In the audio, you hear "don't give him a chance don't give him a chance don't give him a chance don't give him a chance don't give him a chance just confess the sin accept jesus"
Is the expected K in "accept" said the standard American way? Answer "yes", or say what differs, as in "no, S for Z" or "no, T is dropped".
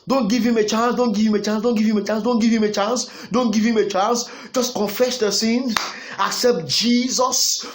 yes